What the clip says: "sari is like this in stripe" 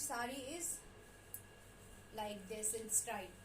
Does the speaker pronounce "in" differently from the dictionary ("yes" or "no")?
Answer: yes